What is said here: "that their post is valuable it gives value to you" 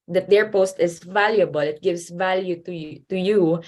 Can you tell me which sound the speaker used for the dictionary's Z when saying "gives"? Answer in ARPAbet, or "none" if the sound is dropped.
S